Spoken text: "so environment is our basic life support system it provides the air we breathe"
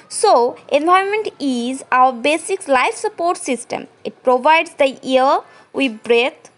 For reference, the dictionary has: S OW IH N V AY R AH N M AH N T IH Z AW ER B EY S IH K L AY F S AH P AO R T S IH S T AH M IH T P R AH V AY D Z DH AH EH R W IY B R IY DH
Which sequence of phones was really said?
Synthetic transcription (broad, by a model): S OW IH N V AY AH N M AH N T IH Z AW ER B EY S IH K L AY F S AH P AO R T S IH S T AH M IH T P R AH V AY D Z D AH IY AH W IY B R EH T